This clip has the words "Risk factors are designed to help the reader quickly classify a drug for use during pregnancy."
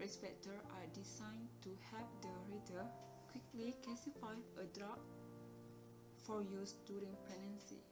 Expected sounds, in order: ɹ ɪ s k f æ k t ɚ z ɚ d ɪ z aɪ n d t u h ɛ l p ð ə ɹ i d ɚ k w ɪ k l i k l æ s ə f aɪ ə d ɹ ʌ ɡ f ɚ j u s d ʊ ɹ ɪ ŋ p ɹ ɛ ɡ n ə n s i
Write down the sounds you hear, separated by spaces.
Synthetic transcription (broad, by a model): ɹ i s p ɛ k t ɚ ɑ d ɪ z aɪ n t u h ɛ p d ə ɹ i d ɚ k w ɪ k l i k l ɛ s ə f aɪ ə d ɹ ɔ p f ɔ j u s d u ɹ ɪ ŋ p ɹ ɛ n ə n s i